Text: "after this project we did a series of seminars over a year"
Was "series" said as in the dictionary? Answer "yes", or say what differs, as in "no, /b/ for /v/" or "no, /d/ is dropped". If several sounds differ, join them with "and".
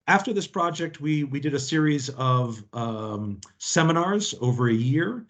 yes